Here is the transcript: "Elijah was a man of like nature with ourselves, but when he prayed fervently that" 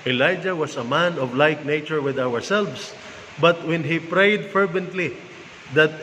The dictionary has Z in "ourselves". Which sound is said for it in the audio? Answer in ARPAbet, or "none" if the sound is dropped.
S